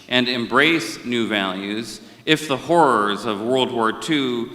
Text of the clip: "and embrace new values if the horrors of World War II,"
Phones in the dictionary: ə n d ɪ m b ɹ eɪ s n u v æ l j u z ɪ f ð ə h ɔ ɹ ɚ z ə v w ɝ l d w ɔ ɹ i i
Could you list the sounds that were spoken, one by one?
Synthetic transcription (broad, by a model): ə n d ɪ m b ɹ eɪ s n u v æ l j u z ɪ f ð ə h ɔ ɹ ɚ z ə v w ɝ l d w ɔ ɹ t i